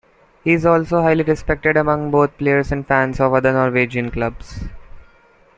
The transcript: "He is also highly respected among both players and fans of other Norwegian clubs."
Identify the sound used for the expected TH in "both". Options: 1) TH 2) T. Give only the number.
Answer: 2